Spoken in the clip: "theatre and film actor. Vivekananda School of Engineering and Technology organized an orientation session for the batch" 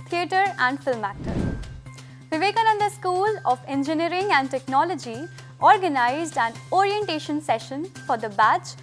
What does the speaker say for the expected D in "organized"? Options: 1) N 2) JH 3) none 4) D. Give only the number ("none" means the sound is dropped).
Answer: 4